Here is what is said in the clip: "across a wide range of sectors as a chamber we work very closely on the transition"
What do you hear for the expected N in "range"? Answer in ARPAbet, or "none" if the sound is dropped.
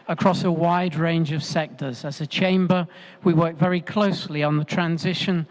N